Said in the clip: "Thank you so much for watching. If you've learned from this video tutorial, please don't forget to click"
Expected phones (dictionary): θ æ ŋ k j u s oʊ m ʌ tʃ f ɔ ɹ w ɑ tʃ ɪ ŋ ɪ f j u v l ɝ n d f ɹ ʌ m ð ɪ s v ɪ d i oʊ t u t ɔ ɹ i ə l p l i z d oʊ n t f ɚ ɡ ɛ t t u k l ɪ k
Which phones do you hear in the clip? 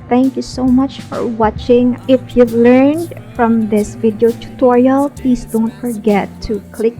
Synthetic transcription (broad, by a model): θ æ ŋ k j u s oʊ m ʌ tʃ f ɔ ɹ w ɑ tʃ ɪ ŋ ɪ f j u v l ɝ n d f ɹ ʌ m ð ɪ s v ɪ d i oʊ t u t ɔ ɹ i ə l p l i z d oʊ n t f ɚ ɡ ɛ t t u k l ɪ k